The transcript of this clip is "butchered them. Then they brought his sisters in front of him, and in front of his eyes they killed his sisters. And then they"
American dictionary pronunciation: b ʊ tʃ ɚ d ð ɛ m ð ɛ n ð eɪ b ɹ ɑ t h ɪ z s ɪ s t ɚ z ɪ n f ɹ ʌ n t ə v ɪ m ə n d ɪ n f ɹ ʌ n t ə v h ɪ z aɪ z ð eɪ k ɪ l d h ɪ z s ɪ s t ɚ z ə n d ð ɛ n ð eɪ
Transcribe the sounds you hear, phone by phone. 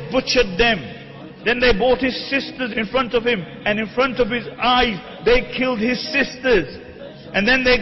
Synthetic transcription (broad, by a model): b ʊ tʃ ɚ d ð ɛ m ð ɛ n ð eɪ b ɑ t h ɪ z s ɪ s t ɚ z ɪ n f ɹ ʌ n t ə v ɪ m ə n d ɪ n f ɹ ʌ n t ə v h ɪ z aɪ z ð eɪ k ɪ l d h ɪ z s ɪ s t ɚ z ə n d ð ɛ n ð eɪ